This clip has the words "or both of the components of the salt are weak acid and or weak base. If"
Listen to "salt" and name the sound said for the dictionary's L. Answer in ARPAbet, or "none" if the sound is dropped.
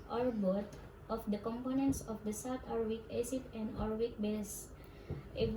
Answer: W